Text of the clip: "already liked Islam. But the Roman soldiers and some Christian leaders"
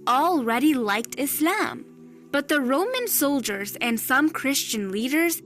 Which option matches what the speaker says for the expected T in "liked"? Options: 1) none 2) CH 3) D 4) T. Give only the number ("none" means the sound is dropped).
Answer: 4